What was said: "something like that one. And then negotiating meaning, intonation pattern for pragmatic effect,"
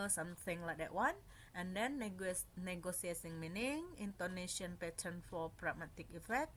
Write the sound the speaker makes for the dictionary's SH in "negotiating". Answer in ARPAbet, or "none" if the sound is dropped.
S